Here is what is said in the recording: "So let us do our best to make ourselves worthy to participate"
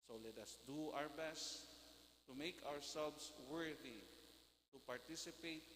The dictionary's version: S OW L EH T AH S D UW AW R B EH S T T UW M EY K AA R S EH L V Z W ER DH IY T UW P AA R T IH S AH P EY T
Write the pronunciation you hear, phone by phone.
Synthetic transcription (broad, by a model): S OW L EH T AH S D UW AW R B EH S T T UW M EY K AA R S EH L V S W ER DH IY T UW P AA R T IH S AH P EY T